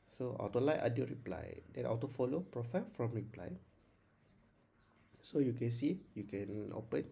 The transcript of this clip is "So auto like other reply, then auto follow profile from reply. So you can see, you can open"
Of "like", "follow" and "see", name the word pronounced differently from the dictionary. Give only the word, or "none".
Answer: like